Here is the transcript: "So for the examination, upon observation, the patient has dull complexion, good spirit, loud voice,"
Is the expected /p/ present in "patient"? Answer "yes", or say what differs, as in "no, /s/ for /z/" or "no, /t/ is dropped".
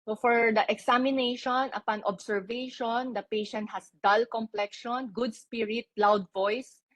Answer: yes